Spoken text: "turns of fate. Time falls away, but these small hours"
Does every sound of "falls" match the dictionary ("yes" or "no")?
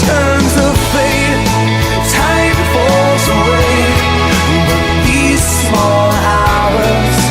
no